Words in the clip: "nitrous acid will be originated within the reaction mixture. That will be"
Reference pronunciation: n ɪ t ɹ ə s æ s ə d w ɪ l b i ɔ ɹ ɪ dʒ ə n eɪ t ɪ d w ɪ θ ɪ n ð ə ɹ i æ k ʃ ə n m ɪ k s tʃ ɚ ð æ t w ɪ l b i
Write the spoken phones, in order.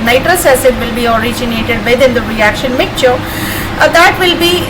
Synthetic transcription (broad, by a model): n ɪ t ɹ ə s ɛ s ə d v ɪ l b i ɔ ɹ ɪ dʒ ə n eɪ t ɪ d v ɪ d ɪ n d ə ɹ i æ k ʃ ə n m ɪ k tʃ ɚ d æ t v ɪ l b i